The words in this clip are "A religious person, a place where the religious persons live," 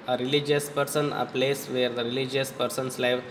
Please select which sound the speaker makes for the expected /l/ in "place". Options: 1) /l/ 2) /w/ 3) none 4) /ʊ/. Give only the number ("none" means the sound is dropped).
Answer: 1